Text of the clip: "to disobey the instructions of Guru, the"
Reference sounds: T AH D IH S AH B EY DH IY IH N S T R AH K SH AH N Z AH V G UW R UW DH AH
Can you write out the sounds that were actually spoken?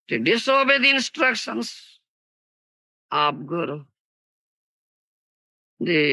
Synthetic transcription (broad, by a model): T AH D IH S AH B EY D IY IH N S T R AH K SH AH N S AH P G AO R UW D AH